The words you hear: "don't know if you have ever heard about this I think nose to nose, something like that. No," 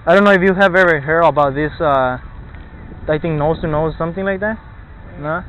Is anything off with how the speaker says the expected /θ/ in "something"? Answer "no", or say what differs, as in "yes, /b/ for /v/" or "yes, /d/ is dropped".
no